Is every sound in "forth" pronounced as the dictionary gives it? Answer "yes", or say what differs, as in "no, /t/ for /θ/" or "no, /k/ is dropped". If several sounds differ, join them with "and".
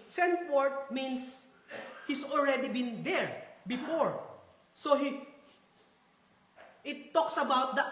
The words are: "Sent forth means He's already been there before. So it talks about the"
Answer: no, /t/ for /θ/